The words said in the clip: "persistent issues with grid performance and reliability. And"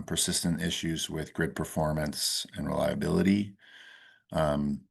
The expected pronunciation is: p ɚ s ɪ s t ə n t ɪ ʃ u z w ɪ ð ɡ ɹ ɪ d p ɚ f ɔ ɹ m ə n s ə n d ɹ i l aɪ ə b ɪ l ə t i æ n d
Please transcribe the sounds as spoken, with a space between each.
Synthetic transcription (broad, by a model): p ɚ s ɪ s t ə n t ɪ ʃ u z w ɪ ð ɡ ɹ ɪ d p ɚ f ɔ ɹ m ə n s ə n ɹ i l aɪ ə b ɪ l ə t i